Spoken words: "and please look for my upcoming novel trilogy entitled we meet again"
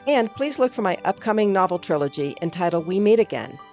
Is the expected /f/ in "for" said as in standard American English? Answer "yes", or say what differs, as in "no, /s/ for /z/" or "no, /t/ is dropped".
yes